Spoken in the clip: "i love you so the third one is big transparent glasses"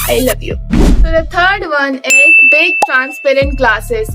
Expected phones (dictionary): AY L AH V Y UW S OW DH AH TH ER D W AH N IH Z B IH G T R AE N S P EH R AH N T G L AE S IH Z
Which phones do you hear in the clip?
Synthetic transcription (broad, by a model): AY L AH V Y UW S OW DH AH T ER D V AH N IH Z B IH G T R AE N S P EH R AH N T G L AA S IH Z